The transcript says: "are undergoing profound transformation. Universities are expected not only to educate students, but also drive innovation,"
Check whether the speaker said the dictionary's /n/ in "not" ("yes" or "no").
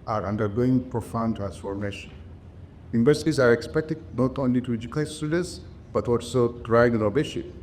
yes